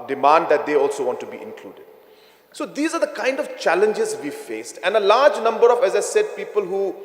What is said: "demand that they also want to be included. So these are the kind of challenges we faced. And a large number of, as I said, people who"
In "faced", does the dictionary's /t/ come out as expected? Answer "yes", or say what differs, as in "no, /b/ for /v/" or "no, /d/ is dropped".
yes